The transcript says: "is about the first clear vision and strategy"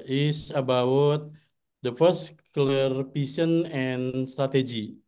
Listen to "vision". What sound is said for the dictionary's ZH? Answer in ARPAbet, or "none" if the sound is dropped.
S